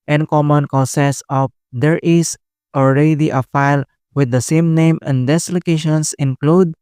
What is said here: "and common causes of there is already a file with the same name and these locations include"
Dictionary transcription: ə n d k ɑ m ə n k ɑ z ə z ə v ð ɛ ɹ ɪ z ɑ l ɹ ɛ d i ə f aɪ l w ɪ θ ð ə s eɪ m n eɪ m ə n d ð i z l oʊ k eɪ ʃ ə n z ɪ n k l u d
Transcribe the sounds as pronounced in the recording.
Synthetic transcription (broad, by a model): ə n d k ɑ m ə n k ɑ s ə s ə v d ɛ ɹ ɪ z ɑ l ɹ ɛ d i ə f aɪ l w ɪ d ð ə s eɪ m n eɪ m ə n d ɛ s l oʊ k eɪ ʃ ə n s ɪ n k l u d